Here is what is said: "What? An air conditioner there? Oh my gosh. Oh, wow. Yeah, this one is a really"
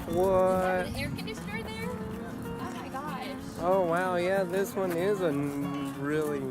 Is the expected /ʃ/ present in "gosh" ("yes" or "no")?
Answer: no